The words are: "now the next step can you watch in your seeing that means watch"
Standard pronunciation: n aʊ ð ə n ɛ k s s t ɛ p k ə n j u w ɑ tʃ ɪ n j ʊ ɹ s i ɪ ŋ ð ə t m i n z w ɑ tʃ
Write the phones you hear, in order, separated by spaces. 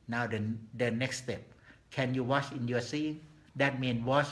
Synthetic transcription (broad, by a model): n aʊ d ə n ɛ k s s t ɛ p k ə n j u w ɑ tʃ ɪ n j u s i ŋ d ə t m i n w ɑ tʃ